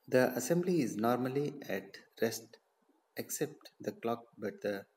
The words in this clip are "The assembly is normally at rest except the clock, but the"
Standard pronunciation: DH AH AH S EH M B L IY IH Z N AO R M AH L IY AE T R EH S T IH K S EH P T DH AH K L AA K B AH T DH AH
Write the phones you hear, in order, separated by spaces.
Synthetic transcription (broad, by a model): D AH AH S EH M B L IY IH Z N AO R M AH L IY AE T R EH S T IH K S EH P T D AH K L AA K B AH T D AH